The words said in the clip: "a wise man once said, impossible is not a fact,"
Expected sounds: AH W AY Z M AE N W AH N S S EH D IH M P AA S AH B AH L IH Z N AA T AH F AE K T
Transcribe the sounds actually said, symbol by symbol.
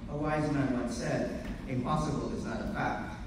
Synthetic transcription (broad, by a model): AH W AY Z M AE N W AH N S S EH D IH M P AA S AH B AH L IH Z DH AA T AH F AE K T